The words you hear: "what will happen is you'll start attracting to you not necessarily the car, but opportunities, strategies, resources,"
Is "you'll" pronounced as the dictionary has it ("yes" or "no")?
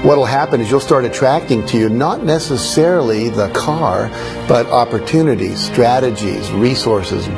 yes